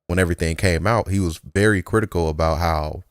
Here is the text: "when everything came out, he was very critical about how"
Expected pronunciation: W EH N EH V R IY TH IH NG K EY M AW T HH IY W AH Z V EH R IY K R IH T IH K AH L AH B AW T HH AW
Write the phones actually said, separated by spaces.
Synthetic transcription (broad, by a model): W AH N EH V R IY TH IH NG K EY M AW T HH IY W AH Z V EH R IY K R IH T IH K L AH B AW T HH AW